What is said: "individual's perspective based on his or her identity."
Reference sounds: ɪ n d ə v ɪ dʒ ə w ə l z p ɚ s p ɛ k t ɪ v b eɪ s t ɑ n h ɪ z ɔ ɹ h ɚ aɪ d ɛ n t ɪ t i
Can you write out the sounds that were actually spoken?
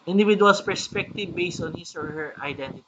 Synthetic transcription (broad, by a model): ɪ n d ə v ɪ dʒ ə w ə l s p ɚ s p ɛ k t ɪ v b eɪ s t ɑ n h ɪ s ɔ ɹ h ɚ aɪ d ɛ n t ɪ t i